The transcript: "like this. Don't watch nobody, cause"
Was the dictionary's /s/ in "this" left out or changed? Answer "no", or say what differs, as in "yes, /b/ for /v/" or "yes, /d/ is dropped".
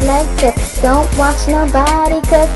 yes, /s/ is dropped